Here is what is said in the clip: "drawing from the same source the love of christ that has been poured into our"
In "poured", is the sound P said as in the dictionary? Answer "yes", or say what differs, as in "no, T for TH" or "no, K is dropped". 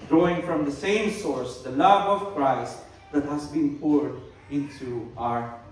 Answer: yes